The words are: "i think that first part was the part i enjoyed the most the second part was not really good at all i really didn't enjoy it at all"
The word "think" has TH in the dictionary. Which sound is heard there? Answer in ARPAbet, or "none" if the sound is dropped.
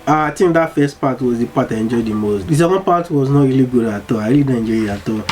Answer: T